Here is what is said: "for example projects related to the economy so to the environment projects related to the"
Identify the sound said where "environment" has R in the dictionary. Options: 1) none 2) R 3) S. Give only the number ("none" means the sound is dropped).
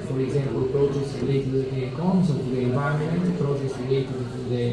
1